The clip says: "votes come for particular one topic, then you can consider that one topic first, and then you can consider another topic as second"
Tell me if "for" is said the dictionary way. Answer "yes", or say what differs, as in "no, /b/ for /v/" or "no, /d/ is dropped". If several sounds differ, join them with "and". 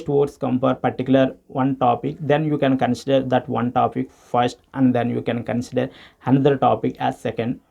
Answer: no, /p/ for /f/